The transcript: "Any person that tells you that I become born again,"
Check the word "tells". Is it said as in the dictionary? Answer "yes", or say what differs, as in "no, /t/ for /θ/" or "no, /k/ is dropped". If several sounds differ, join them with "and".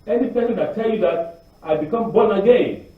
no, /z/ is dropped